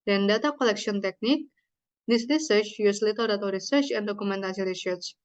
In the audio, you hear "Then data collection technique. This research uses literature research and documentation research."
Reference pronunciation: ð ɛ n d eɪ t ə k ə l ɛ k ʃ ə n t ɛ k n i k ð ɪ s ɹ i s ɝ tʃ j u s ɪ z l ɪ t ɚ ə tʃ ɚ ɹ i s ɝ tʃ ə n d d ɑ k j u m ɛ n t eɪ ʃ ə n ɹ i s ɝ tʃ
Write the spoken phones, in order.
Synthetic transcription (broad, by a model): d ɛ n d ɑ t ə k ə l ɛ k s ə n t ɛ k n i k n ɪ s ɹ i s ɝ tʃ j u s l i t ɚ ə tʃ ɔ ɹ i s ɝ tʃ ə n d d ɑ k u m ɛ n t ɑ s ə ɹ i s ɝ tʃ